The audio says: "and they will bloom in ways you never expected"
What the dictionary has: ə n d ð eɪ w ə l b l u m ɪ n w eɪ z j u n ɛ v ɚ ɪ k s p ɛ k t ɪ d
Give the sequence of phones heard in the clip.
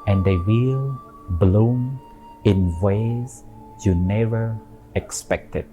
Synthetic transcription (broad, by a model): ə n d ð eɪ w ə l b l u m ɪ n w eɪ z j u n ɛ v ɚ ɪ k s p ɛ k t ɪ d